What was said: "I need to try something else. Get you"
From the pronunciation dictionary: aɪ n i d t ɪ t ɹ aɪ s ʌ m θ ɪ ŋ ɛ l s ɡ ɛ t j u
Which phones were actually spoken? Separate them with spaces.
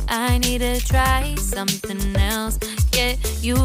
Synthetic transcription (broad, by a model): aɪ n i d t ɪ t ɹ aɪ s ʌ m θ ɪ ŋ ɛ l s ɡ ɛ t j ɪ